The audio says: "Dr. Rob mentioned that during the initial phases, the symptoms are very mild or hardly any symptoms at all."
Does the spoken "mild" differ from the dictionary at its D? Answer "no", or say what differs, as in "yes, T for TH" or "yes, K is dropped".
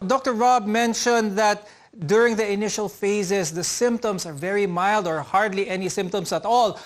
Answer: no